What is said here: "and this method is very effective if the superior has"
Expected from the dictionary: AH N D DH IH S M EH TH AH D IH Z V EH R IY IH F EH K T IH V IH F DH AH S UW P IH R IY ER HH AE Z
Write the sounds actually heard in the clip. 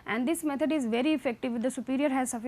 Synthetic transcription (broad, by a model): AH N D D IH S M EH T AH D IH Z V EH R IY IH F EH K T IH V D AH S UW P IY R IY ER HH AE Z